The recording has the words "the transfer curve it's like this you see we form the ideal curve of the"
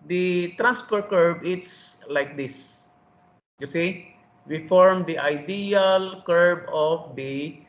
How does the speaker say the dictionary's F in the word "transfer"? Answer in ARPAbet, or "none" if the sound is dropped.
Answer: P